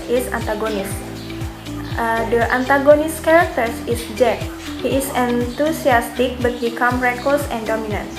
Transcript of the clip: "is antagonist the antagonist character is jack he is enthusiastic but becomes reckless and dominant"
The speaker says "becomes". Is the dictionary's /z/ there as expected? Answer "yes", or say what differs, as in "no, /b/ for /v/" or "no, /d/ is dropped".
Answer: no, /z/ is dropped